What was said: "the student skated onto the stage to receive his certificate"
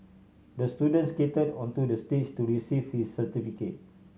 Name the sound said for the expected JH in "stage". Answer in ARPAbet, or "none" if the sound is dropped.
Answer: CH